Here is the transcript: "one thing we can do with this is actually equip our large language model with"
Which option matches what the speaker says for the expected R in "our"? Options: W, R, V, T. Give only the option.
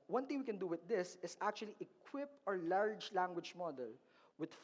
R